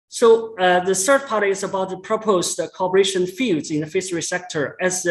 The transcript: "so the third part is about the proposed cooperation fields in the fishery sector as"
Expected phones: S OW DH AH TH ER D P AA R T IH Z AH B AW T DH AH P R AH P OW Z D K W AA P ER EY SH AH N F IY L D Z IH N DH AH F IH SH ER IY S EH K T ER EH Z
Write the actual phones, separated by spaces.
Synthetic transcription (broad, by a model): S OW DH AH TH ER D P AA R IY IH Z AH B AW T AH P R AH P OW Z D K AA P ER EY SH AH N F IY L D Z IH N DH AH F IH S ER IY S EH K T ER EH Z